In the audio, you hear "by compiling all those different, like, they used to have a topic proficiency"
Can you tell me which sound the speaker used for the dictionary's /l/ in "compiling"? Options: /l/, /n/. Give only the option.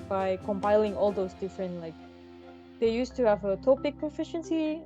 /l/